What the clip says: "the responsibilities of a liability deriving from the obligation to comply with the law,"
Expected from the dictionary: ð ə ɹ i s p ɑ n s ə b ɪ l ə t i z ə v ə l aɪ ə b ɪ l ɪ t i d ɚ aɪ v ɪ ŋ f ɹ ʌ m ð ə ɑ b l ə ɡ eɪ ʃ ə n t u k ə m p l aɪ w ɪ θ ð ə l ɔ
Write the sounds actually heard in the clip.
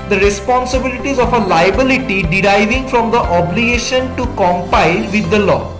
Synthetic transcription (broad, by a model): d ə ɹ i s p ɑ n s ə b ɪ l ə t i z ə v ə l aɪ ə b ɪ l ɪ t i d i aɪ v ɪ ŋ f ɹ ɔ m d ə ɑ b l ə ɡ eɪ ʃ ə n t u k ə m p aɪ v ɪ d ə l ɔ